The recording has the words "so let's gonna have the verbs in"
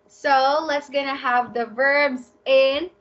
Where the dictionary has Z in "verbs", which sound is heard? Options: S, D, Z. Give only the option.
Z